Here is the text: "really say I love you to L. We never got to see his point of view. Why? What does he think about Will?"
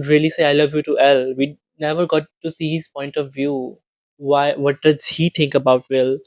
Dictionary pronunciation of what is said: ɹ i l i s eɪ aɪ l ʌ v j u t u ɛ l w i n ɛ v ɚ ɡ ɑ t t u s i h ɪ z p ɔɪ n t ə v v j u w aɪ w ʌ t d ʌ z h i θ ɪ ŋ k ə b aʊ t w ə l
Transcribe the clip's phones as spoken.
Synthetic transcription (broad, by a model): ɹ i l i s eɪ aɪ l ʌ v j u t u ɛ l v i n ɛ v ɚ ɡ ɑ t t u s i h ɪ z p ɔɪ n t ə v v j u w aɪ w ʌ t d ʌ z h i t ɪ ŋ k ə b aʊ t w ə l